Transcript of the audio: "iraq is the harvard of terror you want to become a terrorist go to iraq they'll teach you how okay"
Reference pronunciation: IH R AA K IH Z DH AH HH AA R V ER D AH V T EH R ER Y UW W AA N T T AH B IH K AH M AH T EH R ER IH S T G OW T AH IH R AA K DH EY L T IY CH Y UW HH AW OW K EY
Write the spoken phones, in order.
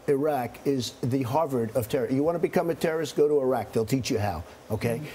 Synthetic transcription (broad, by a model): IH R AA K IH Z DH AH HH AA R V ER D AH V T EH R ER Y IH W AA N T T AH B IH K AH M AH T EH R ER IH S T G OW T AH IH R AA K DH EY L T IY CH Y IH HH AW OW K EY